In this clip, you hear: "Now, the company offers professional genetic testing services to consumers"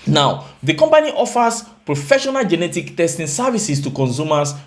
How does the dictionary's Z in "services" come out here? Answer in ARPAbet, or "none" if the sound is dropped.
S